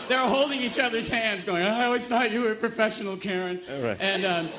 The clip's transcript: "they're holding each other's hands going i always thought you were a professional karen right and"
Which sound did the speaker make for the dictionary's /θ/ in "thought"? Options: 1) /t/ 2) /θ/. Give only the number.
1